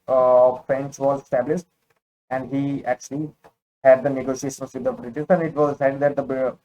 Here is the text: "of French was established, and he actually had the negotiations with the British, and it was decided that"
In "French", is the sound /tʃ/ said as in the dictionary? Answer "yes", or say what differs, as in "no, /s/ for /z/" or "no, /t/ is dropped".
yes